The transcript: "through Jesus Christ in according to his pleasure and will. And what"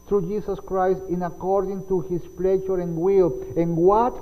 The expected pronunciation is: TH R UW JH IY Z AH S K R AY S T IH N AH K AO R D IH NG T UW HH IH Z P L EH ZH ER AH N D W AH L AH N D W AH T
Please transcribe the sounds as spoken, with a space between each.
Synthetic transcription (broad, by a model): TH R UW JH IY S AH S K R AY S T IH N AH K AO R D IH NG T UW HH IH S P L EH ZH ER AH N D W AH L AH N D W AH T